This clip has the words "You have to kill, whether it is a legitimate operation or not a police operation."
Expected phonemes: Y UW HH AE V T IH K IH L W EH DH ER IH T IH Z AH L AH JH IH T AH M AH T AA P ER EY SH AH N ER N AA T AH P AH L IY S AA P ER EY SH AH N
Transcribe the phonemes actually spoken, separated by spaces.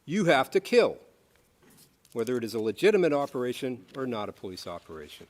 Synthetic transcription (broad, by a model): Y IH HH AE F T IH K IH L W EH DH ER IH T IH Z AH L AH JH IH T AH M AH T AA P ER EY SH AH N ER N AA T AH P AH L IY S AA P ER EY SH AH N